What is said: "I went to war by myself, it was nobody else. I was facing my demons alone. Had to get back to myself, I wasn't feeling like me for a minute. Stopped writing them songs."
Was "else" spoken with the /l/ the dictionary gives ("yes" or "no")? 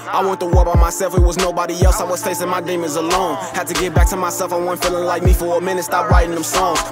yes